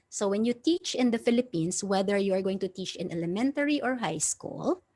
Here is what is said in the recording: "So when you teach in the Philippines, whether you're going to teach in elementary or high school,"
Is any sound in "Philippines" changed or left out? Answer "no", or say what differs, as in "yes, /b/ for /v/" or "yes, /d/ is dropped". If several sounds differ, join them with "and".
yes, /s/ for /z/